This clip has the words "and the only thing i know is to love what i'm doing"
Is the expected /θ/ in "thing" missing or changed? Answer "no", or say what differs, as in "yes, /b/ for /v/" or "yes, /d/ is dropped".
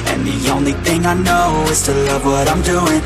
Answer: no